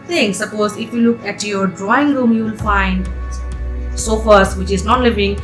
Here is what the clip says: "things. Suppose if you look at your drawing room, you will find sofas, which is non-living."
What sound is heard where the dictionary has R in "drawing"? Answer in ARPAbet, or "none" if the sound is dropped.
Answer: R